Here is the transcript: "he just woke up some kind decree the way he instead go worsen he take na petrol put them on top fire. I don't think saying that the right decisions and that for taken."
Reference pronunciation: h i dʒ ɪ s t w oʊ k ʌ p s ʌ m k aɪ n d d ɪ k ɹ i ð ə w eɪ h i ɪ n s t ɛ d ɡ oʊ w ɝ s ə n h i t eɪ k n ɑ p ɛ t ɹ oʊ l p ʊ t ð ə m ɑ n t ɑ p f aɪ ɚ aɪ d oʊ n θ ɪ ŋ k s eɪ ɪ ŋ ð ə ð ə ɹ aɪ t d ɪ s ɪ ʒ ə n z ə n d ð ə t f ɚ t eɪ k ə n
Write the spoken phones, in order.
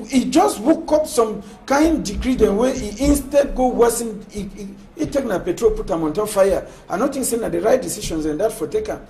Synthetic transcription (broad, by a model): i dʒ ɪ s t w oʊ k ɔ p s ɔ m k aɪ n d d ɪ k ɹ i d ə w eɪ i ɪ n s t ɛ d ɡ oʊ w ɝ s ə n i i t eɪ k n ɑ p ɛ t ɹ oʊ l p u t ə m ɑ n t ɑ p f aɪ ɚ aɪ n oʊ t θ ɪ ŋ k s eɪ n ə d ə ɹ aɪ t d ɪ s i ʃ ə n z ə n d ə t f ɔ t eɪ k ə